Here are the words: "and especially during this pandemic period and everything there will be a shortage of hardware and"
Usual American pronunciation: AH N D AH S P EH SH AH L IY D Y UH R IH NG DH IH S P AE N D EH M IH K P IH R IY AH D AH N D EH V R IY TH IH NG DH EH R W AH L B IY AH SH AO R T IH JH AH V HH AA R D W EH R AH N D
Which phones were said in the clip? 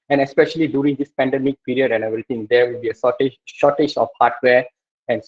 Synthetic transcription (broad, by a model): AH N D AH S P EH SH AH L IY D Y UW R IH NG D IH S P AE N D EH M IH K P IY R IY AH D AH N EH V R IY T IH NG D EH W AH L B IY AH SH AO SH T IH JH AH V HH AA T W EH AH N